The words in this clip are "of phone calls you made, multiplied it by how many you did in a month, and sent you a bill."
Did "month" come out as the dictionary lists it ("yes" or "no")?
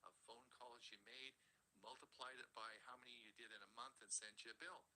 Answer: yes